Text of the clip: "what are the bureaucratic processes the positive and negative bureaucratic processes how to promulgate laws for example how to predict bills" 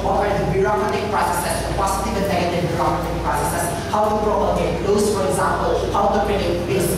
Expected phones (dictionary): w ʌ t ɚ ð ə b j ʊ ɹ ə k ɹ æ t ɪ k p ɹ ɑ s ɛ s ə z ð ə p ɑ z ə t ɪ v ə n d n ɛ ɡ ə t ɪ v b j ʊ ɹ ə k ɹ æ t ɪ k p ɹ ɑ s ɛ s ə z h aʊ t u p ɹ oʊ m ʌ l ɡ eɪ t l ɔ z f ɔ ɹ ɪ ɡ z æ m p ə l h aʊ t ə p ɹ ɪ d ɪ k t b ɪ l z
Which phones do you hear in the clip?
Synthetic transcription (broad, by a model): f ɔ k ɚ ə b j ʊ ɹ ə k ɹ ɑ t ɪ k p ɹ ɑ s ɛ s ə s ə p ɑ s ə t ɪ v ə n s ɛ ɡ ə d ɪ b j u ɹ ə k ɹ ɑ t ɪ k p ɹ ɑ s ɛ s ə s h aʊ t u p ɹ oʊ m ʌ ɡ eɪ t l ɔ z f ɔ ɹ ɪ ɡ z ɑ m p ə l h aʊ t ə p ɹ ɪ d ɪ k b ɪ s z